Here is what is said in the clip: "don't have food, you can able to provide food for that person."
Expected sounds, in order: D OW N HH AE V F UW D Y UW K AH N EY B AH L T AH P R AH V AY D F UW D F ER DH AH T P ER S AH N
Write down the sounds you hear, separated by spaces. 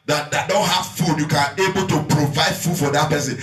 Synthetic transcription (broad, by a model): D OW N HH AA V F UW D Y UW K AH N EY B AH L T AH P R AH V AY D F UW D F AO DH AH T P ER S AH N